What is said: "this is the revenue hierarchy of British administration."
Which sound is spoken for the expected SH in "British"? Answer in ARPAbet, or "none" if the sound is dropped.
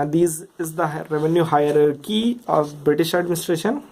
SH